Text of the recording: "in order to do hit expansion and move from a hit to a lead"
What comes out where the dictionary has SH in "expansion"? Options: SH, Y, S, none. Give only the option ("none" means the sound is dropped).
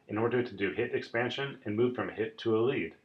SH